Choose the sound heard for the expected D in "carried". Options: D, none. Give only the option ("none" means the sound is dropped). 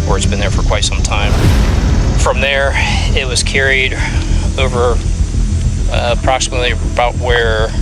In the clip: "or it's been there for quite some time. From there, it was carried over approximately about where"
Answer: D